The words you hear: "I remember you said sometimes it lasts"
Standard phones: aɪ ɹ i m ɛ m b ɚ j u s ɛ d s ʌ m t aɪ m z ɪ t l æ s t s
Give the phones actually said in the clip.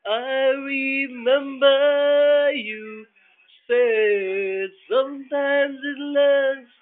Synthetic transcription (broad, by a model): aɪ ɹ i m ɛ m b ɚ j u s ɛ s ʌ m t aɪ m z ɪ t l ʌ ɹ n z